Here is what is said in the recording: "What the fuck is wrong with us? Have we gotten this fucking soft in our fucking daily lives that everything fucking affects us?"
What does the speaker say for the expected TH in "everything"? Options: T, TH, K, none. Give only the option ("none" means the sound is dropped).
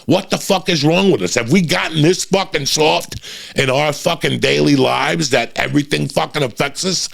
TH